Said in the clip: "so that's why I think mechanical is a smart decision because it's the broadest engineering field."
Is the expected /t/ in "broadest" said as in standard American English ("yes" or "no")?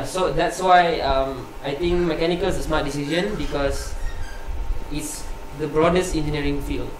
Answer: yes